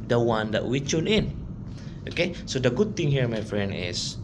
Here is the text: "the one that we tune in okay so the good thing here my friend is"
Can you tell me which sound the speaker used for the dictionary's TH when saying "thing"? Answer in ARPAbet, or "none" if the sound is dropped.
T